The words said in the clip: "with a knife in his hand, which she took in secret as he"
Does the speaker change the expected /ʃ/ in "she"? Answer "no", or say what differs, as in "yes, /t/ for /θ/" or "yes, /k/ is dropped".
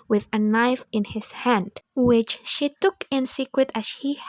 no